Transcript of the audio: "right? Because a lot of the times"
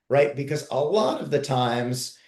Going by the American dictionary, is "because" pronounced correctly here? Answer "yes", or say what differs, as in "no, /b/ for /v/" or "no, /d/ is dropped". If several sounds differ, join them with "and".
yes